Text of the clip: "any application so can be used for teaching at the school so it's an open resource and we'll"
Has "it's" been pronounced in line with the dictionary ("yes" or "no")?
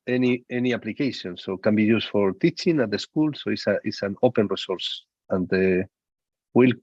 no